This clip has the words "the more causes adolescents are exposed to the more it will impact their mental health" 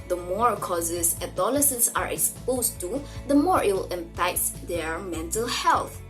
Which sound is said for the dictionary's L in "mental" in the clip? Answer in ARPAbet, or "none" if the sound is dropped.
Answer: L